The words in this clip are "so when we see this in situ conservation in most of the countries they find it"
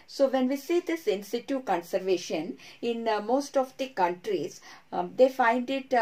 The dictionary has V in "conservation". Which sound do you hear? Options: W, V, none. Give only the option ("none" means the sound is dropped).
V